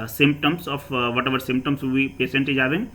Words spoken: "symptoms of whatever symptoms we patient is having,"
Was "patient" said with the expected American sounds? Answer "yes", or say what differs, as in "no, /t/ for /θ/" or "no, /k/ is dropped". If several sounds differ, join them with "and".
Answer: no, /s/ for /ʃ/